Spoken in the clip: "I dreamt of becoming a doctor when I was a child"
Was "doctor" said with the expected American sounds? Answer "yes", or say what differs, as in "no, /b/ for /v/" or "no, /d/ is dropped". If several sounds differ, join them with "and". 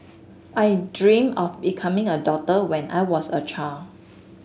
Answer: no, /k/ is dropped